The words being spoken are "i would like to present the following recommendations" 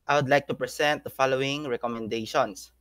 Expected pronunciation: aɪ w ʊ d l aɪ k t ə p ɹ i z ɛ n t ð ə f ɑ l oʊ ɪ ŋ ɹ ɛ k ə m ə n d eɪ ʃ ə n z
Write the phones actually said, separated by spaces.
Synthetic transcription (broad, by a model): aɪ w ʊ d l aɪ k t ə p ɹ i s ɛ n t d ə f ɑ l oʊ ɪ ŋ ɹ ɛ k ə m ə n d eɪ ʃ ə n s